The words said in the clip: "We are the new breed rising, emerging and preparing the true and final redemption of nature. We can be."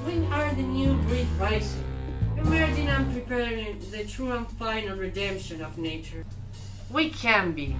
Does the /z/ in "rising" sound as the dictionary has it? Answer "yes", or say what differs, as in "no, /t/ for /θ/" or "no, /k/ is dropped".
no, /s/ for /z/